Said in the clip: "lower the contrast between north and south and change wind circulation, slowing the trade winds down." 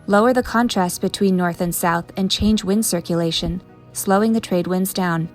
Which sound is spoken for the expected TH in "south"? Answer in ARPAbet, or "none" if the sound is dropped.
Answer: TH